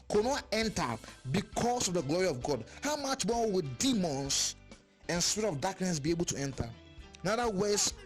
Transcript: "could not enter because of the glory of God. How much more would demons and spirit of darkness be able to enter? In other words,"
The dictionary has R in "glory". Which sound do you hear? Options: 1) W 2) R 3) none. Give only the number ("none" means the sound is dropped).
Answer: 2